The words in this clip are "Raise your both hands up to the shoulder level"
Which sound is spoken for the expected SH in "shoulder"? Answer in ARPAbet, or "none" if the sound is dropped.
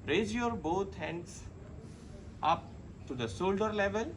S